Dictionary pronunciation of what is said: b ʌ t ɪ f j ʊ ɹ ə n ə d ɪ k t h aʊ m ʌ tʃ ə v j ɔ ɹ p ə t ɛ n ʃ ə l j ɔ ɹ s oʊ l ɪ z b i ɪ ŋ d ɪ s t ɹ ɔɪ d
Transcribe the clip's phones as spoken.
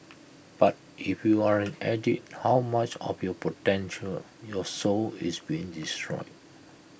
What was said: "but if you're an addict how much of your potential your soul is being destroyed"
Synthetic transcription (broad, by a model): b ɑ t ɪ f j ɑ ɹ ə n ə d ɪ t h aʊ m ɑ tʃ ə f j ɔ p ə t ɛ n ʃ ə l j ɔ s oʊ l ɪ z b i ɪ ŋ d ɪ s t ɹ ɔɪ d